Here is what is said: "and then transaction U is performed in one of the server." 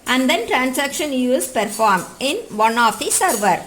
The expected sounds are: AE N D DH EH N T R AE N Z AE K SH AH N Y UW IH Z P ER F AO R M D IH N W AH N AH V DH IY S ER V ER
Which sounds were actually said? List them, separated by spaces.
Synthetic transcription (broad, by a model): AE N D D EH N T R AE N S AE K SH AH N Y UW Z P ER F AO R M IH N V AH N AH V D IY S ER V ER